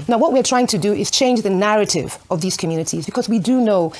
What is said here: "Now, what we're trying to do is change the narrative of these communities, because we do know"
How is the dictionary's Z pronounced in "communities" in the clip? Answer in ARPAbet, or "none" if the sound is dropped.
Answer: Z